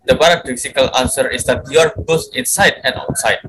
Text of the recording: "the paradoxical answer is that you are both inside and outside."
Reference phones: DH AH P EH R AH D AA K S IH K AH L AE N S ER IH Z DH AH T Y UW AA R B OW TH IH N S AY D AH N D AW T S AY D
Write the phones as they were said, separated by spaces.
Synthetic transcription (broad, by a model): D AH B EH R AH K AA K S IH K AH L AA N S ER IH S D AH T Y UW AA R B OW S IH N S AY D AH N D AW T S AY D